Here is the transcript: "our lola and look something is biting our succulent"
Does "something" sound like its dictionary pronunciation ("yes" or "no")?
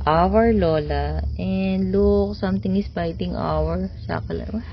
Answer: no